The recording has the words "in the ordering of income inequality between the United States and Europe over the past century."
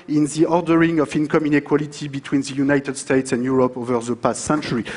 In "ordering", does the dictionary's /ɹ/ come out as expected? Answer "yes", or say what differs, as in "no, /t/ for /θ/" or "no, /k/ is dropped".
yes